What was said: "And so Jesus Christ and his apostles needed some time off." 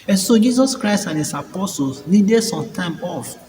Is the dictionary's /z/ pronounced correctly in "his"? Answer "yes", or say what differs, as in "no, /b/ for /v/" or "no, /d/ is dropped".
no, /s/ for /z/